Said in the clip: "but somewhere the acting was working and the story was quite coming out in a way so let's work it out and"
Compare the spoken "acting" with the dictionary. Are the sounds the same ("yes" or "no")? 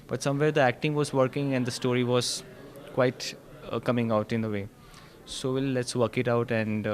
yes